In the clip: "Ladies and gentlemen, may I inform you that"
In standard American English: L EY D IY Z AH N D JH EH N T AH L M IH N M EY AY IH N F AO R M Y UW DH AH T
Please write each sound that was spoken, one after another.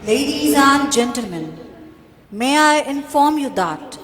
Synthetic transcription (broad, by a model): L EY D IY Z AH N JH EH N T AH L M IH N M EY AY IH N F AO R M Y UW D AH T